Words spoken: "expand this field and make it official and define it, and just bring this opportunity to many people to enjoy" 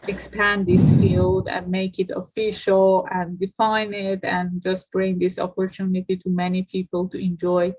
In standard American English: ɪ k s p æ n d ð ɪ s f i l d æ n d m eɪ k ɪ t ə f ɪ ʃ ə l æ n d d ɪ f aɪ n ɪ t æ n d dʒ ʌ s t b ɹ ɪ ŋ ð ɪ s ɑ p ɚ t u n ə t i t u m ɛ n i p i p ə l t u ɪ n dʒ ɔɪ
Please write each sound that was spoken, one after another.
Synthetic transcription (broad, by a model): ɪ k s p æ n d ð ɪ s f i l d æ n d m eɪ k ɪ t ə f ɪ ʃ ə l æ n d d ɪ f aɪ n ɪ t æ n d dʒ ʌ s t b ɹ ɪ ŋ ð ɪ s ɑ p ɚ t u n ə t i t u m ɛ n i p i p ə l t u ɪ n dʒ ɔɪ